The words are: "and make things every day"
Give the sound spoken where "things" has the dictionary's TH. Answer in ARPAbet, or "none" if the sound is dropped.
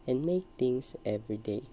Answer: T